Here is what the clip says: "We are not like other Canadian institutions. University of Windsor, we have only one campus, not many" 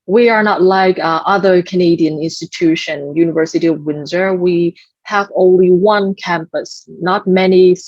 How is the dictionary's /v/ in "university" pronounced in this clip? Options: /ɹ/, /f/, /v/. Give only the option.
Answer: /v/